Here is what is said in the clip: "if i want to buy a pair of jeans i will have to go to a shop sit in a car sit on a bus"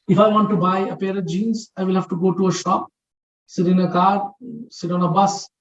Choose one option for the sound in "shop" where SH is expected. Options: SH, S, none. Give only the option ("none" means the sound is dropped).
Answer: SH